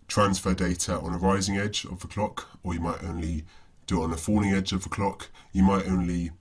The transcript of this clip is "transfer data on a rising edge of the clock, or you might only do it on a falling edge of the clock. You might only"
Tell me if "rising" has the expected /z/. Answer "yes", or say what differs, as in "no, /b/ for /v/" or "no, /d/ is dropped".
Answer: yes